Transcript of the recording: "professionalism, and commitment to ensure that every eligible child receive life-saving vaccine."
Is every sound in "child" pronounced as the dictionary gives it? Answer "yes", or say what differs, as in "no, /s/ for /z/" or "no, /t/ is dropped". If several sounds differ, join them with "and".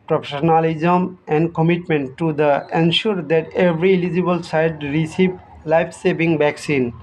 no, /s/ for /tʃ/ and /l/ is dropped